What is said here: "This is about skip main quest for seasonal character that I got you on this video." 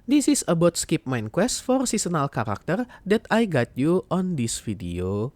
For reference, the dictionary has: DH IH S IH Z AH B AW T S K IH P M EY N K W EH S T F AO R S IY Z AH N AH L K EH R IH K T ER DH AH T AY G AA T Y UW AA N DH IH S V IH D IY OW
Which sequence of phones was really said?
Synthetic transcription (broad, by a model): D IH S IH S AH B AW T S K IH P M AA N K W EH S T F AO R S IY S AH N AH L K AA R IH K T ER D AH T AY G AA T Y UW AA N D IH S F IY D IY OW